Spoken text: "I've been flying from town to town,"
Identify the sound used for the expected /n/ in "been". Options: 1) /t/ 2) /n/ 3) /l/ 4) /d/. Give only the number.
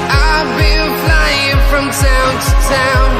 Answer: 3